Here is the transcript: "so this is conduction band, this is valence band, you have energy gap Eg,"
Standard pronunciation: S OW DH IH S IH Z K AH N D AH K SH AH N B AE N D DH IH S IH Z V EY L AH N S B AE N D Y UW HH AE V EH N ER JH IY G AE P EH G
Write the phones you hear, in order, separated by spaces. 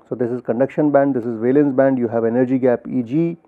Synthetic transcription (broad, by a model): S OW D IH S IH Z K AH N D AH K SH AH N B AE N D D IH S IH Z V EY L AH N S B AE N D Y UW HH AE V EH N ER JH IY G AE P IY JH